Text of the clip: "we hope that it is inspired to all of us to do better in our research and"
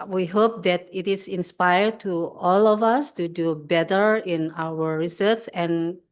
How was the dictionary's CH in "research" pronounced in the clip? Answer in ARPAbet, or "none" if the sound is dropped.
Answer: S